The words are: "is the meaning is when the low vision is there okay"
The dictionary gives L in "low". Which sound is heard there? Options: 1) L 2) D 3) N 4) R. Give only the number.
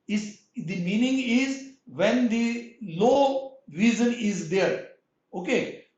1